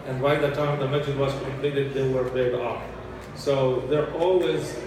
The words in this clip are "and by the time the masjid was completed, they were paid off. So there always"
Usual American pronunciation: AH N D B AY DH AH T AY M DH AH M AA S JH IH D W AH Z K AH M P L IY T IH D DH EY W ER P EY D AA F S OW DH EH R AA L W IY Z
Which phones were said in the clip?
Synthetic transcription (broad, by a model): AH N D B AY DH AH T AY M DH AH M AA JH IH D W AH Z K AH M P L IY T IH D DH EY W ER B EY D AA F S OW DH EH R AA L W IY Z